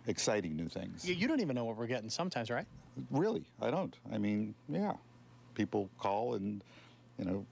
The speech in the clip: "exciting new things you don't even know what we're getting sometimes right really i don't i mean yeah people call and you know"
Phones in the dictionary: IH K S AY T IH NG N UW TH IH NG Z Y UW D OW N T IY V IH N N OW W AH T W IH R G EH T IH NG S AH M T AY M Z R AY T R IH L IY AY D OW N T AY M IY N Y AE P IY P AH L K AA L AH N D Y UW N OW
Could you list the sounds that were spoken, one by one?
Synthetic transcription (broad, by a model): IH K S AY T IH NG N UW TH IH NG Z Y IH D OW N T IY V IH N N OW W AH T W IH R G EH T IH NG S AH M T AY M Z R AY T R IH L IY AY D OW N T AY M IY N Y AE P IY P L K AA L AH N Y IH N OW